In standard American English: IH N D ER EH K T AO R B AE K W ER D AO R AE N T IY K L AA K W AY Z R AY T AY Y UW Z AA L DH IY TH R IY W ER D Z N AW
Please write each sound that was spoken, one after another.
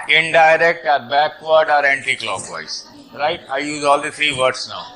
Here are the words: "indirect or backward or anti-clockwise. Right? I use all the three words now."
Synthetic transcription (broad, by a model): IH N D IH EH K T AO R B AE K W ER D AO R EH N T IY K L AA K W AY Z R AY T AY Y UW Z AA L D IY T R IY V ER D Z N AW